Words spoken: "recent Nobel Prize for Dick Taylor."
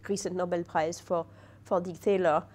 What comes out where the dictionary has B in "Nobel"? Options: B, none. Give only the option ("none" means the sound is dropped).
B